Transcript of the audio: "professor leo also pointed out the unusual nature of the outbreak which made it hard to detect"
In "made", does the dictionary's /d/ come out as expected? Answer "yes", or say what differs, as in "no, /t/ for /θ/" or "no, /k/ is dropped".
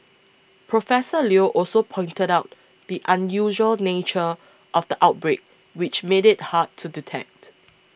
yes